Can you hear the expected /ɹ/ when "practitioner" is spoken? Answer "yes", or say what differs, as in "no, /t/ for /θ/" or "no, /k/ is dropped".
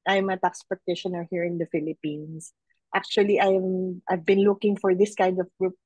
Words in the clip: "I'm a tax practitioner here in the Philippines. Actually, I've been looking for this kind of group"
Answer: no, /ɹ/ is dropped